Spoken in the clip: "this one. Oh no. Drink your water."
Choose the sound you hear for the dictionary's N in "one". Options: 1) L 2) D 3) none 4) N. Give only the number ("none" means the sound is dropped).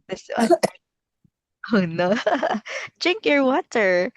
3